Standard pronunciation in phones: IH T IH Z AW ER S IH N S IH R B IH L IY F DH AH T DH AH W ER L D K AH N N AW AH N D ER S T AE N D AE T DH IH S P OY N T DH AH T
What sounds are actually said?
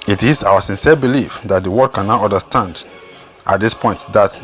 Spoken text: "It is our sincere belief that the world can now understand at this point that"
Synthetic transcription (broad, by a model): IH T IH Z AW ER S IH N S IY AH B IH L IY F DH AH T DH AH W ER D K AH N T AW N D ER S T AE N D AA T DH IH S P OY N T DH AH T